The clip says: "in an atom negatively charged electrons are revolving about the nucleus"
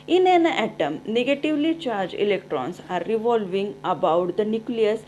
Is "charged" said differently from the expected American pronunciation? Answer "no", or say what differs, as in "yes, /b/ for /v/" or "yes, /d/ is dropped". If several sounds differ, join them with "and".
yes, /d/ is dropped